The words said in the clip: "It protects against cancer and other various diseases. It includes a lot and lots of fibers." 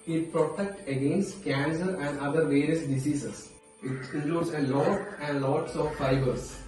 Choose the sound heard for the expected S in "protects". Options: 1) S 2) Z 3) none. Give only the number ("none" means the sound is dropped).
3